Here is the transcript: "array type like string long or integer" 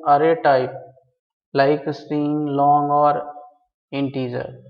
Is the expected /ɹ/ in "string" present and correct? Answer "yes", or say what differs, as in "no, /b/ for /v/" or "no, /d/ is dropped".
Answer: no, /ɹ/ is dropped